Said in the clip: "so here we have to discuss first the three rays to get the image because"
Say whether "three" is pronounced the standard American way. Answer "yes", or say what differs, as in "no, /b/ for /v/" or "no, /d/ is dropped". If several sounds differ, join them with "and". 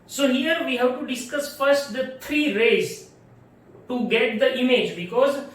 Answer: no, /t/ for /θ/